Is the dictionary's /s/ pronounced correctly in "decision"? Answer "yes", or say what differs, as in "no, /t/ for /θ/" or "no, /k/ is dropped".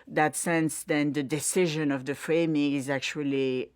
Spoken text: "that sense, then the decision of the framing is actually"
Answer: yes